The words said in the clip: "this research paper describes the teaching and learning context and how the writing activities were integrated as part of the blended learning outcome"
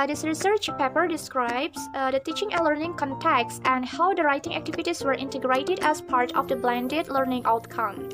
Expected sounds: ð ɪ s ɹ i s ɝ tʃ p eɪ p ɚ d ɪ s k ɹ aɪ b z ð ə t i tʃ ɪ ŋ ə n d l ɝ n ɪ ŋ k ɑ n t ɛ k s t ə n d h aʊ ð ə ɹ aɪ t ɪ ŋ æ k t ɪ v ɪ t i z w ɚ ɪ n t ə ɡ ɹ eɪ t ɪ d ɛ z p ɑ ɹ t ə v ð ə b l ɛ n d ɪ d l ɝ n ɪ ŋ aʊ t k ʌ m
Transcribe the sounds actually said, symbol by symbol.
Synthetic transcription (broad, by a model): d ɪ s ɹ i s ɝ tʃ p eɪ p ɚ d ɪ s k ɹ aɪ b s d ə t i tʃ ɪ ŋ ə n l ɝ n ɪ ŋ k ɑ n t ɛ k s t ə n d h aʊ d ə ɹ aɪ t ɪ ŋ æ k t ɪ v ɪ t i s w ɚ ɪ n t ə ɡ ɹ eɪ t ɪ d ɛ s p ɑ ɹ t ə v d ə b l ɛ n d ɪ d l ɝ n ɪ ŋ aʊ t k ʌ m